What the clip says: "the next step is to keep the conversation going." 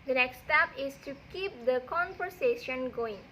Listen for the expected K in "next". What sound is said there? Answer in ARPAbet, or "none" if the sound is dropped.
K